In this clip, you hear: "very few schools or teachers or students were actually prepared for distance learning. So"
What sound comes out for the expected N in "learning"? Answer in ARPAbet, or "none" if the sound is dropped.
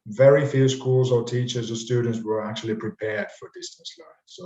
none